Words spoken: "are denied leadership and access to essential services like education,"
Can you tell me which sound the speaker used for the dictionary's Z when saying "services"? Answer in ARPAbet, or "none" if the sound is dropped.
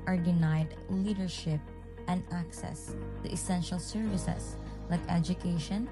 S